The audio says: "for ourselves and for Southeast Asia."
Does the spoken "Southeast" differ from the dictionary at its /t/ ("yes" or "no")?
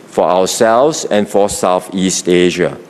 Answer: no